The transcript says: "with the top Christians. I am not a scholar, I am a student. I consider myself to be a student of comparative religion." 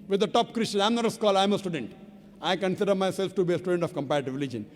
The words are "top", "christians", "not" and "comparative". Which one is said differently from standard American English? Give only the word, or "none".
christians